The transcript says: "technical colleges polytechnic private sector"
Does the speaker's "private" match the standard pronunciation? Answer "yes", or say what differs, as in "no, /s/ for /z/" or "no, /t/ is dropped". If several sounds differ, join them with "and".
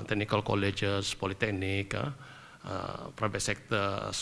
no, /b/ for /v/